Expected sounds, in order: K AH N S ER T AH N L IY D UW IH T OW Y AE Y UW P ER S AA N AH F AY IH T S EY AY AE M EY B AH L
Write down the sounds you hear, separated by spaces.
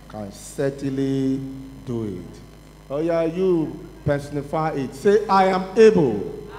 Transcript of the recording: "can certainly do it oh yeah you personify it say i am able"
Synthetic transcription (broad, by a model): K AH N S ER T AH L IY D UW IH T OW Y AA Y UW P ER S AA N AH F AY IH T S EY AY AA M EY B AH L